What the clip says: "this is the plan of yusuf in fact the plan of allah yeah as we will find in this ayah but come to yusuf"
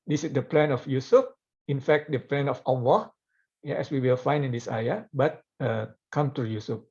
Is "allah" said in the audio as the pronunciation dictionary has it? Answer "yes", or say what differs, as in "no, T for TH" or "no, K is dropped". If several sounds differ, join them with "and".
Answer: no, W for L